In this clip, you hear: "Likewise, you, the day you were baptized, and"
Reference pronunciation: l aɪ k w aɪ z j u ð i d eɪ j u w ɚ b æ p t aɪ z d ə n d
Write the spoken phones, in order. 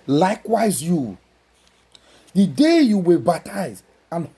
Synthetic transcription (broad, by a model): l aɪ k w aɪ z j u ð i d eɪ j u w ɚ b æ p t aɪ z ə n